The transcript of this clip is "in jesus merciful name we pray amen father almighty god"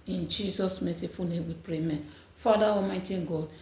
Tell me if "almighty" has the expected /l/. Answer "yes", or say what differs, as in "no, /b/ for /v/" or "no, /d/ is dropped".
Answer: no, /l/ is dropped